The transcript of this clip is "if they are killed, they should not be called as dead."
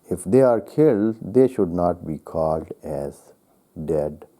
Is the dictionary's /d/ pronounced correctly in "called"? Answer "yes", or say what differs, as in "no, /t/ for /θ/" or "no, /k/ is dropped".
yes